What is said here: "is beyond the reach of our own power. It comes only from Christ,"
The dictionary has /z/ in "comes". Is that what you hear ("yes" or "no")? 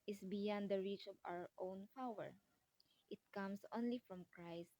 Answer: no